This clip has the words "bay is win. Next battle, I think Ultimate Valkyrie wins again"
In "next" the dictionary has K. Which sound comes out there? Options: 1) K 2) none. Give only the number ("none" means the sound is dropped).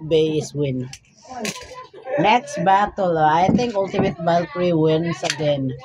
1